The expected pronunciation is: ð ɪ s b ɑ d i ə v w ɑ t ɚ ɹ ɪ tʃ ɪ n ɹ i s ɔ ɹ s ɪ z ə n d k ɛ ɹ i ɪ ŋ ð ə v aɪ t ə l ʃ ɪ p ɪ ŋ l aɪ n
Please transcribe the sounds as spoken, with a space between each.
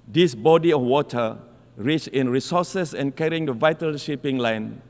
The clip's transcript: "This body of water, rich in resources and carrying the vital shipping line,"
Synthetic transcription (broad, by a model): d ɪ s b ɑ d i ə f w ɑ t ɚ ɹ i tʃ ɪ n ɹ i s ɔ s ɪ s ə n k ɛ ɹ i ɪ ŋ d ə v aɪ t ə l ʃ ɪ p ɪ ŋ l aɪ n